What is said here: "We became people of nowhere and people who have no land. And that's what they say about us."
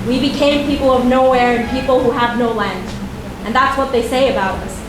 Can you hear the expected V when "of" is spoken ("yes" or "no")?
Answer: yes